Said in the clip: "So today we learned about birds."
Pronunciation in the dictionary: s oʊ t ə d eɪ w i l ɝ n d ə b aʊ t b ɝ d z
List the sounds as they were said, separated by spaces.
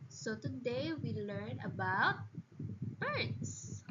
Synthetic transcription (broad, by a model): s oʊ t ə d eɪ w i l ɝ n ə b aʊ t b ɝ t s